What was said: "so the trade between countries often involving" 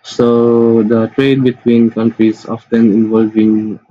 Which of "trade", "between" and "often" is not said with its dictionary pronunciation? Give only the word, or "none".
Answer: none